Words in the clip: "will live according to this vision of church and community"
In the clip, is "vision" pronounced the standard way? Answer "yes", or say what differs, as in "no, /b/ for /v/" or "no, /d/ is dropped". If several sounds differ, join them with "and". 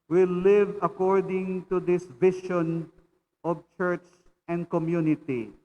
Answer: no, /ʃ/ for /ʒ/